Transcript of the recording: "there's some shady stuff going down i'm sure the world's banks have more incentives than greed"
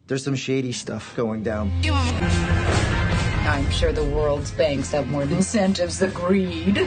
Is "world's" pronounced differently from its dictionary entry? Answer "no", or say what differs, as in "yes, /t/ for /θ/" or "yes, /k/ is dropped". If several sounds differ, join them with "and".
no